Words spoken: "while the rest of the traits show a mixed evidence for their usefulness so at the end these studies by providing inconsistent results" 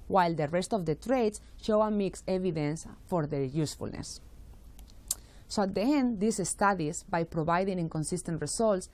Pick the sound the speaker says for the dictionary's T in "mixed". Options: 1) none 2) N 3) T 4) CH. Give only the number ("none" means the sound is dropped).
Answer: 1